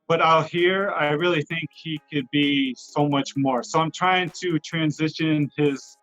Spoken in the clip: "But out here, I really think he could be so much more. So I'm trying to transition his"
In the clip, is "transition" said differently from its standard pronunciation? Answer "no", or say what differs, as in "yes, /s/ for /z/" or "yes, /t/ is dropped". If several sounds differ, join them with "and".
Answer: no